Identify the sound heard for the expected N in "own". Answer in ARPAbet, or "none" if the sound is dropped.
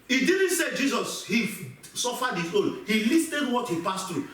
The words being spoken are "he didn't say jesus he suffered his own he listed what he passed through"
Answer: L